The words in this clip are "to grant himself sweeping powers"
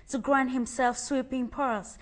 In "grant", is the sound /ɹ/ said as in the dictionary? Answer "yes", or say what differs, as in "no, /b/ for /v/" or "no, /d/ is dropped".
yes